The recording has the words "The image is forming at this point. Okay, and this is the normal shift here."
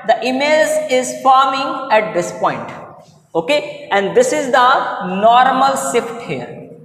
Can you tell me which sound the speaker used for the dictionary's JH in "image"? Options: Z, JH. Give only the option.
Z